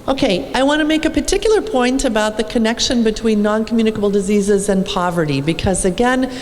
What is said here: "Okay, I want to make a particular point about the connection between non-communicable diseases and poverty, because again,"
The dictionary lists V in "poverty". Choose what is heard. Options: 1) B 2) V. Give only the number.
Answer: 2